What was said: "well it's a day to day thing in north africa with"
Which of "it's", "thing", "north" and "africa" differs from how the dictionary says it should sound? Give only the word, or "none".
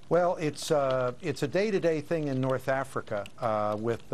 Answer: none